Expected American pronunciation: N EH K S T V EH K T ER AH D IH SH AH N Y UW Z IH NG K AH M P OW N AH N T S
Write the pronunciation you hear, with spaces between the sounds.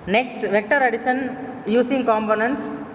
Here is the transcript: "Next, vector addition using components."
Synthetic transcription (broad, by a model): N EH K S T V EH K T ER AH D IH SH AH N Y UW S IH NG K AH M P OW N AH N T S